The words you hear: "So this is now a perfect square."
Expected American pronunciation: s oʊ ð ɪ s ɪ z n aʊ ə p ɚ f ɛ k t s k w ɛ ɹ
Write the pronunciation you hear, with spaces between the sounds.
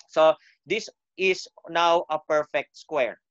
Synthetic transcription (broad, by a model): s oʊ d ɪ s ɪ s n aʊ ə p ɚ f ɛ k t s k w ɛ ɹ